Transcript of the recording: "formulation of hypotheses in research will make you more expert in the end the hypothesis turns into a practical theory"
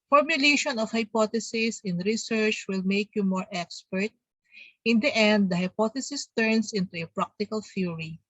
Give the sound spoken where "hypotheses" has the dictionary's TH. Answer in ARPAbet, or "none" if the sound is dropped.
T